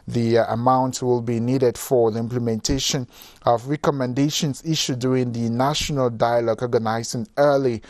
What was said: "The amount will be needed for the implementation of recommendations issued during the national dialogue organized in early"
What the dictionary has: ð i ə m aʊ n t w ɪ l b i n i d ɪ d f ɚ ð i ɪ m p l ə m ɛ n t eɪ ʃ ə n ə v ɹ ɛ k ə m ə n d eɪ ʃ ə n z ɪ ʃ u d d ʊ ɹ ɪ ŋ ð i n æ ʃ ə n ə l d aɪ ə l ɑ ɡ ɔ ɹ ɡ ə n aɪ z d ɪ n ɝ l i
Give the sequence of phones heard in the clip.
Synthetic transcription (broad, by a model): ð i ə m aʊ n t w ɪ l b i n i d ɪ d f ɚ ð i ɪ m p l ə m ɛ n t eɪ ʃ ə n ə v ɹ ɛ k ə m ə n d eɪ ʃ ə n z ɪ ʃ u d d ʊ ɹ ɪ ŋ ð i n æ ʃ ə n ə l d aɪ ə l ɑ ɡ ɔ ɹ ɡ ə n aɪ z ɪ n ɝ l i